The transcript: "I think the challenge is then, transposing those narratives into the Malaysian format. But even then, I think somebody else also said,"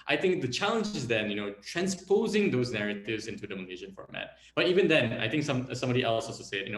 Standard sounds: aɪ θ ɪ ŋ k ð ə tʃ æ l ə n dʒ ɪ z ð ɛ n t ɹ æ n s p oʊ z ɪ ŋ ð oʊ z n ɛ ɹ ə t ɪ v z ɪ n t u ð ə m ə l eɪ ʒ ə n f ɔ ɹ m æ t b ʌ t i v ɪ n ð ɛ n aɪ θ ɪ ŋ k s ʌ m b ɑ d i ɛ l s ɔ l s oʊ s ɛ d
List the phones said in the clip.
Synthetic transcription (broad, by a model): aɪ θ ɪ ŋ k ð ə tʃ æ l ə n dʒ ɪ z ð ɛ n t ɹ æ n s p oʊ z ɪ ŋ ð oʊ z n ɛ ɹ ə t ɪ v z ɪ n t u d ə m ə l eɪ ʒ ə n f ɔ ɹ m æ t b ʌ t i v ɪ n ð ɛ n aɪ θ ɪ ŋ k s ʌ m b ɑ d i ɛ l s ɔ s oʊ s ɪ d